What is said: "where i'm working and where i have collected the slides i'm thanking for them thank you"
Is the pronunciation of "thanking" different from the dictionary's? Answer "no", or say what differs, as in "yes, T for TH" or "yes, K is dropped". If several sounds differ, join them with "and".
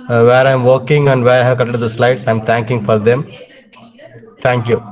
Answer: yes, T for TH